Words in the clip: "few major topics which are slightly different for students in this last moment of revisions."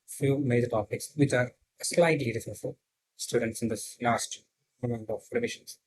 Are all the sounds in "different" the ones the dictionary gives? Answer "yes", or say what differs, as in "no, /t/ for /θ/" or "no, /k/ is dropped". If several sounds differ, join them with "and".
no, /ɹ/ is dropped